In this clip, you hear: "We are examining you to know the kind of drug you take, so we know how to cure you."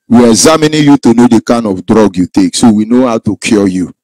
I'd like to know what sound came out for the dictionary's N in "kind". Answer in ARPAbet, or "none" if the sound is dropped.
N